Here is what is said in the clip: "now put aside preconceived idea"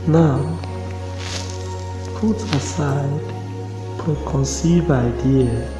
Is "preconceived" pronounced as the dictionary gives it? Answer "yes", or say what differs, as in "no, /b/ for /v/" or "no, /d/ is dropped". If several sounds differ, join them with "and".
no, /d/ is dropped